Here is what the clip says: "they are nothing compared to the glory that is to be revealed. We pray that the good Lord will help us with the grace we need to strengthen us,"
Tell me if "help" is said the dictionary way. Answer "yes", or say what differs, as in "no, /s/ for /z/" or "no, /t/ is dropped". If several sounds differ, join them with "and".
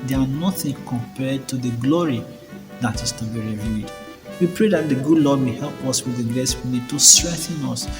yes